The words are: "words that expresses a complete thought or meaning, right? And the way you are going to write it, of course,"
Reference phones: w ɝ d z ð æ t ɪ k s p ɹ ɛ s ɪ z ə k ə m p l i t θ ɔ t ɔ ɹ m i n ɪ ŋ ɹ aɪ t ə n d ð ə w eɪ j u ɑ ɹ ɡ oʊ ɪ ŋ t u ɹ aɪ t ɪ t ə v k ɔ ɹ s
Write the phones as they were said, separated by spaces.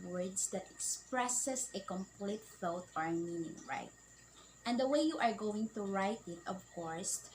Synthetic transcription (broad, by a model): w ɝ d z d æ t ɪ k s p ɹ ɛ s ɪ s ə k ə m p l i t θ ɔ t ɔ ɹ m i n ɪ ŋ ɹ aɪ t ə n d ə w eɪ j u ɑ ɹ ɡ oʊ ɪ ŋ t u ɹ aɪ t ɪ t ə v k ɔ ɹ s